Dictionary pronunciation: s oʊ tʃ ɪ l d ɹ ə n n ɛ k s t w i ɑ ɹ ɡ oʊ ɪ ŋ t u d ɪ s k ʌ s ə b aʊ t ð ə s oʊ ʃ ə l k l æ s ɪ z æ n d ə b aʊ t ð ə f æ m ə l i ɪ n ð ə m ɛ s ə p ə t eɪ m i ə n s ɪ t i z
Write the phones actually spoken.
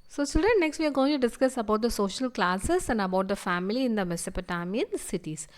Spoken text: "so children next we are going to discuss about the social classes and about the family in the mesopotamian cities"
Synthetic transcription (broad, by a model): s oʊ s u d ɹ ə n n ɛ k s t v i ɑ ɹ ɡ oʊ ɪ ŋ t u d ɪ s k ʌ s ə b aʊ t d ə s oʊ ʃ ə l k l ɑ s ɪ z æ n d ə b aʊ t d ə f æ m ə l i ɪ n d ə m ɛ s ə p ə t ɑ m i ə n s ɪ t i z